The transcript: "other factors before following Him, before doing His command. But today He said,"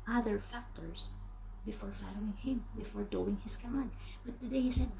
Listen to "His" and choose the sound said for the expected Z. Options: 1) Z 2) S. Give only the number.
2